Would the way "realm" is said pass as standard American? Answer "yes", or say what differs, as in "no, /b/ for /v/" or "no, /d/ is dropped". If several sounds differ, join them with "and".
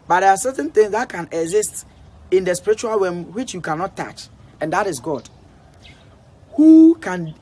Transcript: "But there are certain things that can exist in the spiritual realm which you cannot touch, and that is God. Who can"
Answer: no, /w/ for /ɹ/ and /l/ is dropped